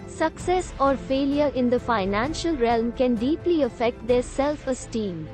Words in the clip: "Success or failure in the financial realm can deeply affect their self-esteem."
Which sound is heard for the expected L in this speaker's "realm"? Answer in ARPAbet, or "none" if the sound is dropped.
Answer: L